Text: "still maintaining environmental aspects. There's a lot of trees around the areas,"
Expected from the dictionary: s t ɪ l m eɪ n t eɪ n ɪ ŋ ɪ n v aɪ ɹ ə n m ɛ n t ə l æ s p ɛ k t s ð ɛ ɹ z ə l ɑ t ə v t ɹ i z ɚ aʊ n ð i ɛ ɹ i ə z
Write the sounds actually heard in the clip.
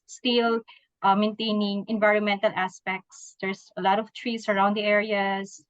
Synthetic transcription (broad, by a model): s t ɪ l m eɪ n t eɪ n ɪ ŋ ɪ n v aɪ ɹ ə n m ɛ n t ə l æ s p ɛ k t s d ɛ ɹ s ə l ɑ t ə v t ɹ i s ɚ aʊ n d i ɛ ɹ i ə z